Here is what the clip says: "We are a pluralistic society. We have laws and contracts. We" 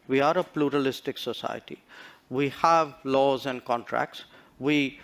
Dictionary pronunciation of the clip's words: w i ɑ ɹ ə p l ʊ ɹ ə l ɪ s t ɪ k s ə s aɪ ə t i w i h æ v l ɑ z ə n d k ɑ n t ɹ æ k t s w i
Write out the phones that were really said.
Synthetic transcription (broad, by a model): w i ɑ ɹ ə p l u ɹ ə l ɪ s t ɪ k s ə s aɪ ə t i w i h æ v l ɑ z ə n d k ɑ n t ɹ æ k t s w i